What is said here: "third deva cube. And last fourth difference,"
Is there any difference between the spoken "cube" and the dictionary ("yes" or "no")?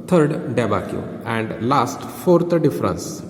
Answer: yes